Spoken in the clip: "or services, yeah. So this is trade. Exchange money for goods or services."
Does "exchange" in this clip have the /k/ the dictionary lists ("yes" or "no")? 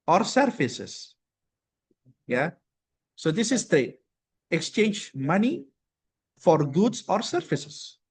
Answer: yes